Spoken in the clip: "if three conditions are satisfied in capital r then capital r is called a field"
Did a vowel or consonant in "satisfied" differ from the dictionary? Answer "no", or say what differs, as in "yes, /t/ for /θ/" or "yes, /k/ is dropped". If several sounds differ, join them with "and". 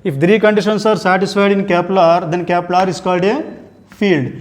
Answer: no